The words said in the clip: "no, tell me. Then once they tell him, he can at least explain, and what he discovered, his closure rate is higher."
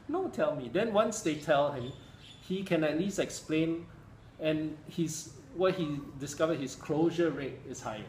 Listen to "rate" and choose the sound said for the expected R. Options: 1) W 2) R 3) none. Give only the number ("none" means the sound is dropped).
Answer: 2